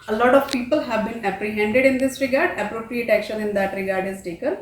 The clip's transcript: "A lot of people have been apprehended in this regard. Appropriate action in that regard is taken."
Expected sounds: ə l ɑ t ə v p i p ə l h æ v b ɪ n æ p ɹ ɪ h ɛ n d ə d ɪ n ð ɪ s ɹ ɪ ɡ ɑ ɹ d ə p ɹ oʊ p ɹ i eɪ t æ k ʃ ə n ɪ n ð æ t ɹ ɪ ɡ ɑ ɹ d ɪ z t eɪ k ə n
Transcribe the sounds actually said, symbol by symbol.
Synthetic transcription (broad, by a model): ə l ɑ t ə v p i p ə l h æ v b ɪ n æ p ɹ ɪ h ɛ n d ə d ɪ n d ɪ s ɹ ɪ ɡ ɑ ɹ d ə p ɹ oʊ p ɹ i eɪ t æ k ʃ ə n ɪ n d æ t ɹ ɪ ɡ ɑ ɹ d ɪ z t eɪ k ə n